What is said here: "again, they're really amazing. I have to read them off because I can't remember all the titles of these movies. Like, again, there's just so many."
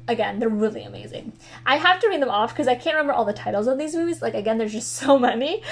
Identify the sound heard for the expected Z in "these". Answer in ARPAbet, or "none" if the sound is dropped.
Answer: Z